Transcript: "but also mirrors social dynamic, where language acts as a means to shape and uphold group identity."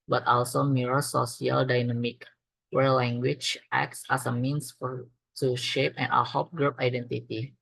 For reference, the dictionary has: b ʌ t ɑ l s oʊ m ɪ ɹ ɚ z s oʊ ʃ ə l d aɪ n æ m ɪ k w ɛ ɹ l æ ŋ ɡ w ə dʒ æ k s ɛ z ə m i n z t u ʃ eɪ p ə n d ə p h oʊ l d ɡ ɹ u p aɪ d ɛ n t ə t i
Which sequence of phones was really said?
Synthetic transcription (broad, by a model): b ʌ t ɑ l s oʊ m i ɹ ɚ s oʊ s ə l d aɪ n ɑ m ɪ k w ɛ ɹ l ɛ ŋ ɡ w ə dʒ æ k s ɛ s ə m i n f t u ʃ eɪ p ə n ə h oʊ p ɡ ɹ u p aɪ d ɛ n t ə t i